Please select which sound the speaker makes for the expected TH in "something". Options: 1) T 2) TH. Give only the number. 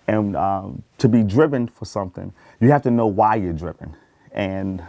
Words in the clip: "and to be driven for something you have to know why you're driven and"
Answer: 2